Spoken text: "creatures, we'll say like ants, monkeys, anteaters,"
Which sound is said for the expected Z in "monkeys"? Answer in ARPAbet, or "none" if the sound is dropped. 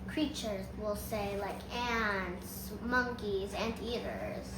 Z